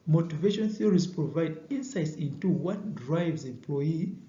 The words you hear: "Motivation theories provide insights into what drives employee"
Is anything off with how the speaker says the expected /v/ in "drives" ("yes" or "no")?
no